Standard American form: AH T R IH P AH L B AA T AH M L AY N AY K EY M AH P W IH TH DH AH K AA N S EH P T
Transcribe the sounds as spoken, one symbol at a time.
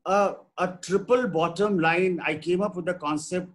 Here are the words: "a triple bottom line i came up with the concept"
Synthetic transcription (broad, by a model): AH T R IH P AH L B AA T AH M L AY N AY K EY M AH P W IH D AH K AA N S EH P T